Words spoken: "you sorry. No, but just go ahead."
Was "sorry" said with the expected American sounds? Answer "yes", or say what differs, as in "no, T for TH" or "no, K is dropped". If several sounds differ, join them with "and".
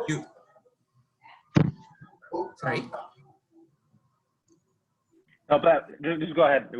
no, R is dropped